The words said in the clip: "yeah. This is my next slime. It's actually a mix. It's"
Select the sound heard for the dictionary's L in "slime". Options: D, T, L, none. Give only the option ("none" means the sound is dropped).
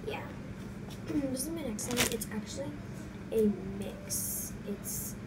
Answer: none